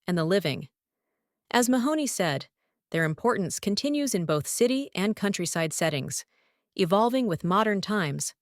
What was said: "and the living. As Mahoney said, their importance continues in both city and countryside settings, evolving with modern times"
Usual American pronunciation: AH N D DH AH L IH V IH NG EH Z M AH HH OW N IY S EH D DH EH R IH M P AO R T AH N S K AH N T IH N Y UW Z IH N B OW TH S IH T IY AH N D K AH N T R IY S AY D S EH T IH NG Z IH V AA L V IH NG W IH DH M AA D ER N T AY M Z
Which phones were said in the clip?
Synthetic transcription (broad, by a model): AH N DH AH L IH V IH NG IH Z M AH HH OW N IY S EH D DH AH R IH M P AO R T N S K AH N T IH N Y UW Z IH N B OW TH S IH T IY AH N K AH N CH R IY S AY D S EH T IH NG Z IH V AA L V IH NG W IH DH M AA D ER N T AY M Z